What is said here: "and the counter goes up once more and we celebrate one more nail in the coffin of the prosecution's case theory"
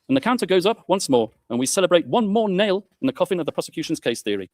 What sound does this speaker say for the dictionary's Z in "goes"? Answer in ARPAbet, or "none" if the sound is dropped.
Z